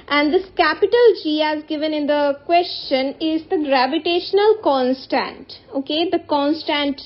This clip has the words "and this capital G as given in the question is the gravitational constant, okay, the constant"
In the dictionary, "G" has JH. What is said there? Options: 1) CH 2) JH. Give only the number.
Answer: 2